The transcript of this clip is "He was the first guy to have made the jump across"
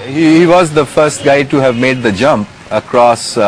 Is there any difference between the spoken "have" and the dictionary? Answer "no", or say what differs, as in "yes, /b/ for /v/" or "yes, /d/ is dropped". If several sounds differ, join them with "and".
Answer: no